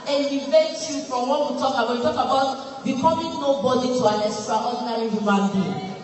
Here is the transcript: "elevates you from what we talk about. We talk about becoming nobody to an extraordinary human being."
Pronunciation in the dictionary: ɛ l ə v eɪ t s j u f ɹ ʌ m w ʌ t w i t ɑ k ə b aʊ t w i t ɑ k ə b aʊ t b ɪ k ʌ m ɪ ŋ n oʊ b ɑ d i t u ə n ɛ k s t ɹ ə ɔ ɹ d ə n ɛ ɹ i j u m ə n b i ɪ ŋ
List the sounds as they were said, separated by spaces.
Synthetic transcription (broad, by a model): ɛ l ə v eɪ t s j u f ɹ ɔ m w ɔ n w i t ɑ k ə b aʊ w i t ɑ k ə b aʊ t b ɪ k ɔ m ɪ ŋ n oʊ b ɑ d i t u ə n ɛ s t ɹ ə ɔ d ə n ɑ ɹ i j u m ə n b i